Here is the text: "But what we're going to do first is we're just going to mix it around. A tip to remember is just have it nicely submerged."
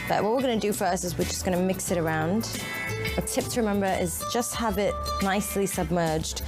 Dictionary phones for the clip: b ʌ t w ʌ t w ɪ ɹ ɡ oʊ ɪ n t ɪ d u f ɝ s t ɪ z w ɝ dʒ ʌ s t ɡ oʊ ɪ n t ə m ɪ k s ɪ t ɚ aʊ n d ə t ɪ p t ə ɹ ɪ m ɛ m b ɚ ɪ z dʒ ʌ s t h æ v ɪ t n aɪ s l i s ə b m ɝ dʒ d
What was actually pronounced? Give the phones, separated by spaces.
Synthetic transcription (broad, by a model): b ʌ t w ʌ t w ɪ ɹ ɡ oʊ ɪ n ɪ d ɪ f ɝ s ɪ z w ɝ dʒ ʌ s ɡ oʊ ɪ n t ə m ɪ k s ɪ t ɚ aʊ n d ə t ɪ p t ə ɹ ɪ m ɛ m b ɚ ɪ z dʒ ʌ s t h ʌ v ɪ t n aɪ s l i s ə b m ɝ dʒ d